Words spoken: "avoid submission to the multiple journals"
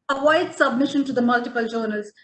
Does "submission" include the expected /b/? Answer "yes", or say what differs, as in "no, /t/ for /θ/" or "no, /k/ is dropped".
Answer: yes